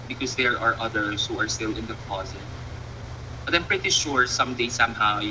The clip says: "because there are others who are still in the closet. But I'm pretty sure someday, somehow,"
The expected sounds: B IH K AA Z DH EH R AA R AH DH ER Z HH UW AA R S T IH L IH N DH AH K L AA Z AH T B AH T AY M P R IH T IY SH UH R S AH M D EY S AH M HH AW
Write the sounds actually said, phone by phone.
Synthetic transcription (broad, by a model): B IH K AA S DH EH R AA R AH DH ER S HH UW AA R S T IH L IH N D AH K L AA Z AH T B AH T AY M P R IH T IY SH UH R S AH M D EY S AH M HH AW